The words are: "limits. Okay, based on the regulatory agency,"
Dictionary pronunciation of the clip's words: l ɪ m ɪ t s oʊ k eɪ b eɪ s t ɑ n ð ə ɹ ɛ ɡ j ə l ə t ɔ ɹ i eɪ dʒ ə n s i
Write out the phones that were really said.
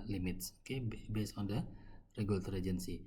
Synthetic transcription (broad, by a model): l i m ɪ t s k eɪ b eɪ s ɑ n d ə ɹ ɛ ɡ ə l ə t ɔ ɹ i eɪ dʒ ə n s i